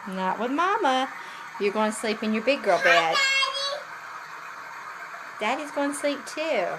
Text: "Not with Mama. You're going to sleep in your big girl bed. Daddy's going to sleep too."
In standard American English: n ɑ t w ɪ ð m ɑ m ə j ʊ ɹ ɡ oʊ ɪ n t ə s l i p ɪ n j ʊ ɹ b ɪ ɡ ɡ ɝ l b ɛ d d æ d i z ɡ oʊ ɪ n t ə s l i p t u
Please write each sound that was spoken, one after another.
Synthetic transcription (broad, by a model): n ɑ t w ɪ ð m ɑ m ə j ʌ ɹ ɡ oʊ ɪ n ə s l i p ɪ n j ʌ ɹ b ɪ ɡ ɡ ɝ l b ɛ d d æ d i z ɡ oʊ ɪ n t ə s l i p t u